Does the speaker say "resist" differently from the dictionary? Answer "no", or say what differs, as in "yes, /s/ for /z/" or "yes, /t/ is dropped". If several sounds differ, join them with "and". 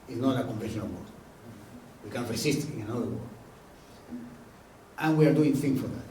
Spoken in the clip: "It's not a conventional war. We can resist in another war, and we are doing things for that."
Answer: yes, /s/ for /z/